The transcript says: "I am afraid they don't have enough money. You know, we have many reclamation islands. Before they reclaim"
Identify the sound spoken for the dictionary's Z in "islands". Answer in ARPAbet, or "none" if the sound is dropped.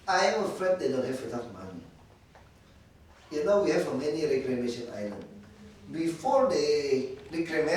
none